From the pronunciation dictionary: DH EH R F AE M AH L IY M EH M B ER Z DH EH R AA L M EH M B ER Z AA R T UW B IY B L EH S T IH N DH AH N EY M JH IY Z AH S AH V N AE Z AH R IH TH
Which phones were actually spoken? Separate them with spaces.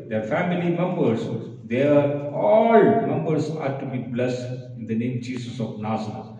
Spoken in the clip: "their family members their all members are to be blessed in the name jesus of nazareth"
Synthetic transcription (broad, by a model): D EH R F AE M AH L IY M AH M B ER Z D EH R AA L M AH M B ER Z AA R T UW B IY B L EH S IH N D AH N EY M JH IY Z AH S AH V N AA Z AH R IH